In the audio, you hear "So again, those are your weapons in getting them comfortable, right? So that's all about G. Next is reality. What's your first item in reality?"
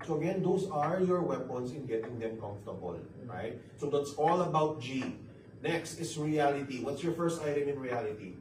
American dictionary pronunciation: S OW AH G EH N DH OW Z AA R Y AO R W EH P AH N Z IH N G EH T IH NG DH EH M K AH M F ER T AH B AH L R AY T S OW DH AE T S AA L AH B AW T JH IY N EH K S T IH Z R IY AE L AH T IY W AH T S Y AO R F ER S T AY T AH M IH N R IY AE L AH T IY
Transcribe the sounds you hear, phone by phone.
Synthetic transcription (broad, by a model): S OW AH G EH N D OW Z AA R Y AO R W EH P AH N S IH N G EH T IH NG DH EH M K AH M F T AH B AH L R AY T S OW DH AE T S AA L AH B AW T JH IY N EH K S T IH S R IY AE L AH T IY W AH T S Y AO R F ER S T AY T AH M IH N R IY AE L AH T IY